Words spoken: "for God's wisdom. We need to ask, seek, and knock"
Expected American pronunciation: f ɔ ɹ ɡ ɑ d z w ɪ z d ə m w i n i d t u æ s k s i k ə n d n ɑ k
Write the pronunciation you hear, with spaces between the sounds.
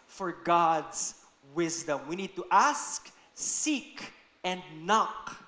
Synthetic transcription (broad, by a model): f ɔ ɹ ɡ ɑ d z w ɪ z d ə m w i n i d t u æ s k s i k ə n d n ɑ k